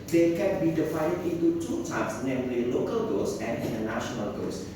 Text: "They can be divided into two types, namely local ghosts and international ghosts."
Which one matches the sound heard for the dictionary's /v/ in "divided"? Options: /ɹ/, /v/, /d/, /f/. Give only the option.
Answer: /f/